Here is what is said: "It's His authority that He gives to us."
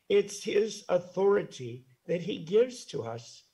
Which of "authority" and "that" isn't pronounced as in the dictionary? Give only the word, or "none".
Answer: none